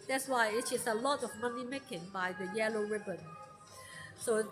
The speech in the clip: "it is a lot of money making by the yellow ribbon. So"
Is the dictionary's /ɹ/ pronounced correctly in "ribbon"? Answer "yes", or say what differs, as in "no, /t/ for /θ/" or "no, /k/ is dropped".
yes